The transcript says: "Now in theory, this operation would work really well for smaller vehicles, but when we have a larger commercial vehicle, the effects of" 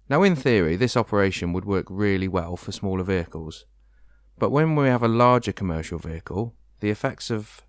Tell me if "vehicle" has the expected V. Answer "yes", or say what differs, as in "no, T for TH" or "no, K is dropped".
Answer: yes